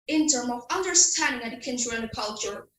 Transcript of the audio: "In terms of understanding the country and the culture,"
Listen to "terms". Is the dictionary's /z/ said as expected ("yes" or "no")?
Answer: no